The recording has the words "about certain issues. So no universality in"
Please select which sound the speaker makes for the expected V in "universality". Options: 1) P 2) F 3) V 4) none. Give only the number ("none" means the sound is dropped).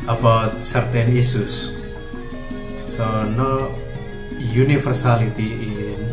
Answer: 2